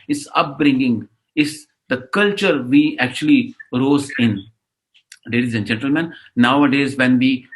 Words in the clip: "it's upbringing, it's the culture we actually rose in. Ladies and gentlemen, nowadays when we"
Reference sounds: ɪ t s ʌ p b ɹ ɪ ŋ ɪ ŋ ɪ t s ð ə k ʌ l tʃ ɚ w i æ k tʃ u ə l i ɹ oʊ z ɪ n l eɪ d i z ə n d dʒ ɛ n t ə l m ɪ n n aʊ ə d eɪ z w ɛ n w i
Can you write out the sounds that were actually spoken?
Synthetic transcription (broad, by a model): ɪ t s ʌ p b ɹ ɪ ŋ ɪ ŋ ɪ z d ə k ʌ l tʃ ɚ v i æ k tʃ u ə l i ɹ oʊ z ɪ n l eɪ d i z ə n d dʒ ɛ n t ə l m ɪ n n aʊ ə d eɪ z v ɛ n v i